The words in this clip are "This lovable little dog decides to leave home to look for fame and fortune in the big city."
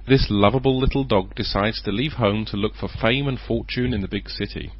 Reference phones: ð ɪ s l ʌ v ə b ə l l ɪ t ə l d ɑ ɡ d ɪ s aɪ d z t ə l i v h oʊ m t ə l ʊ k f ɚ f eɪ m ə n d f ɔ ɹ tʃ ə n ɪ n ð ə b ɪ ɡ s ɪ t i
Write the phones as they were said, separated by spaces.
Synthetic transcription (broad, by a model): ð ɪ s l ʌ v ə b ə l l ɪ t l d ɑ ɡ d ɪ s aɪ d z t ə l i v h oʊ m t ə l ʊ k f ɚ f eɪ m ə n f ɔ ɹ tʃ ə n ɪ n ð ə b ɪ ɡ s ɪ t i